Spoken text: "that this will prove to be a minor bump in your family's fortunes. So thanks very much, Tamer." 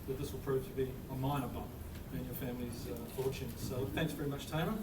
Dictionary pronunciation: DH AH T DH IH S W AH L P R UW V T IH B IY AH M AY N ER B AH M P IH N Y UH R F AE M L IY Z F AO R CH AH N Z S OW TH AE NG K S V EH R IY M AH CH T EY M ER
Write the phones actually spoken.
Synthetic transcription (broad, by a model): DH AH T DH IH S W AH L P R UW V T IH B IY AH M AY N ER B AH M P IH N Y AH R F AE M L IY Z F AO R CH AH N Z S OW TH AE NG K S V EH R IY M AH CH T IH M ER